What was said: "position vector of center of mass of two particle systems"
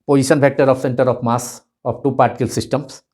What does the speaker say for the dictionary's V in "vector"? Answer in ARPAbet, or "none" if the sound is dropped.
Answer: B